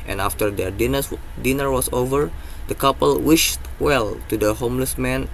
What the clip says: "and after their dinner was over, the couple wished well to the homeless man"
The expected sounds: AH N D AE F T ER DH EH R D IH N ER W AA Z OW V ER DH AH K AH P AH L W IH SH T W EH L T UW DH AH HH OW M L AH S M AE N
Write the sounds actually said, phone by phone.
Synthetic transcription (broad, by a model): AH N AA F T ER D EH R D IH N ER W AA S OW V ER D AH K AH P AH L W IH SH T W EH L T UW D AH HH OW M L AH S M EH N